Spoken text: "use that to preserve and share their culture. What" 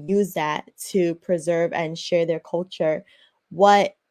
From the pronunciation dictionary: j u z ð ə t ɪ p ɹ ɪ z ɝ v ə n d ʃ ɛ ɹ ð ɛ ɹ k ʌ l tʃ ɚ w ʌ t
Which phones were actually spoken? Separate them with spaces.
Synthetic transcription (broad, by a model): j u z ð ə t ɪ p ɹ ɪ z ɝ v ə n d ʃ ɛ ɹ ð ɛ ɹ k ʌ l tʃ ɚ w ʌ t